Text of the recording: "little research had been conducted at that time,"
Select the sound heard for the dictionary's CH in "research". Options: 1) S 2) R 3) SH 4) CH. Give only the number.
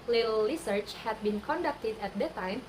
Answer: 4